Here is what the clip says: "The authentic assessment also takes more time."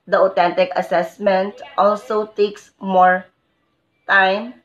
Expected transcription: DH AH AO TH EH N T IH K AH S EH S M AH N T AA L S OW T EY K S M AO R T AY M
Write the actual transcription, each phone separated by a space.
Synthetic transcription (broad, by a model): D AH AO T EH N T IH K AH S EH S M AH N T AA L S OW T EY K S M AO R T AY M